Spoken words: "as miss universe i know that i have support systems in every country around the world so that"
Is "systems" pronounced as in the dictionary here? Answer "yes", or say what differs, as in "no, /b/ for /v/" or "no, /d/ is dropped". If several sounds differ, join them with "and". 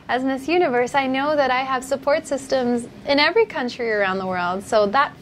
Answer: yes